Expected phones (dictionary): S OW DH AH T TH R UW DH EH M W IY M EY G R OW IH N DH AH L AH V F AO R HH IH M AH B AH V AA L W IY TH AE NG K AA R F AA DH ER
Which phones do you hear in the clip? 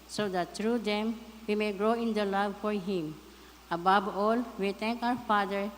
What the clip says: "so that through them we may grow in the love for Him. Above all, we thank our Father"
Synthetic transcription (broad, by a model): S OW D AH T T R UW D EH M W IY M EY G R OW IH N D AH L AH V F AO R HH IH M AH B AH B AA L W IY T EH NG K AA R F AA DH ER